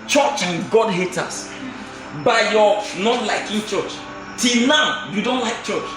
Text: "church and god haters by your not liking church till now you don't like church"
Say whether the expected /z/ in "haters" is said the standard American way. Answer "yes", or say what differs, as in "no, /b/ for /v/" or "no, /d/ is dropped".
no, /s/ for /z/